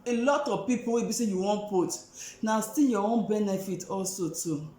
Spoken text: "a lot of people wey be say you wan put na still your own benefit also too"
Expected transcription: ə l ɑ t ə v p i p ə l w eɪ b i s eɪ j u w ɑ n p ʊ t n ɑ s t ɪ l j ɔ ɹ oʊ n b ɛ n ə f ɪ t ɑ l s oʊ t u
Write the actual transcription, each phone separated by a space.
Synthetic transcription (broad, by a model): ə l ɑ t ə v p i p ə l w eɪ b i s eɪ j u w ɑ n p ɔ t n ɑ s t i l j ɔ w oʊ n b ɛ n ə f ɪ t ɑ l s oʊ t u